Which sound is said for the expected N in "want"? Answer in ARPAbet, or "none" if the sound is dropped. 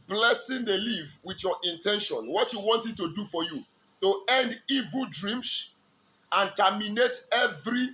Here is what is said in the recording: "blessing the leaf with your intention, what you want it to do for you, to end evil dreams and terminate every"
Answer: N